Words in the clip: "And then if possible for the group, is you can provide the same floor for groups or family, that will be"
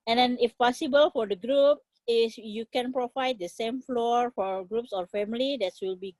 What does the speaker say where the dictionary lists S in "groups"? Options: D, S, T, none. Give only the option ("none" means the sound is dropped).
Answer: S